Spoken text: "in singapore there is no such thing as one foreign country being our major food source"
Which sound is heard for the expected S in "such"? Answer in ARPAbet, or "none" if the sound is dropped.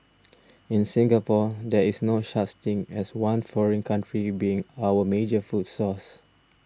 SH